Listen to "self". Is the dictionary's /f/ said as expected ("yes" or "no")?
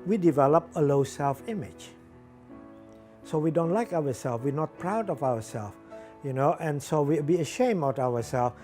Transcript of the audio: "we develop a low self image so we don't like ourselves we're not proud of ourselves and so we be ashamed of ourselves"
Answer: yes